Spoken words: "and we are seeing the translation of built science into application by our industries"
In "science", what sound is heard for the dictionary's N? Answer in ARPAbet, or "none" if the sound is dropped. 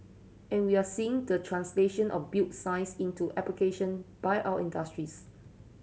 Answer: none